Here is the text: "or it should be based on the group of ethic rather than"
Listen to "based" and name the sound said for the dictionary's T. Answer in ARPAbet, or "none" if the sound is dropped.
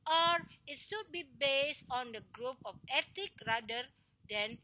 T